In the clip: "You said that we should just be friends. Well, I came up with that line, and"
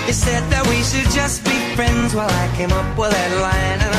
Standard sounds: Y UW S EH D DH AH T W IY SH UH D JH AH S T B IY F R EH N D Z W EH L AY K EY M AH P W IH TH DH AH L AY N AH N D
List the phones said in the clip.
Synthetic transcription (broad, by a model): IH S EH D DH AH T W IY SH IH D JH AH S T B IY F R EH N D Z W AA L AY K EY M AH P W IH DH AH L AY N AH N